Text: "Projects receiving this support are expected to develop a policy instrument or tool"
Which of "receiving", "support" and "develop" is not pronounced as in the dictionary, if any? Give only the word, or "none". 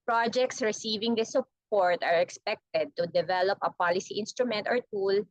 none